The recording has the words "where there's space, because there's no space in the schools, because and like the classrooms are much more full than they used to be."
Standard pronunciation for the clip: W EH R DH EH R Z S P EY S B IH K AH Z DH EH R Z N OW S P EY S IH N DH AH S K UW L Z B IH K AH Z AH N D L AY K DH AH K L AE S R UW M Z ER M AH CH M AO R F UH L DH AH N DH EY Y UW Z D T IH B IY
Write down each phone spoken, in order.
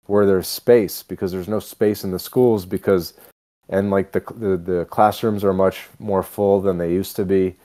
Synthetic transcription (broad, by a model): W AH R DH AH R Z S P EY S B IH K AH Z DH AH R Z N OW S P EY S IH N DH AH S K UW L Z B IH K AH Z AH N L AY K DH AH K L AE S R UW M Z ER M AH CH M AO R F UH L DH AH N DH EY Y UW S T IH B IY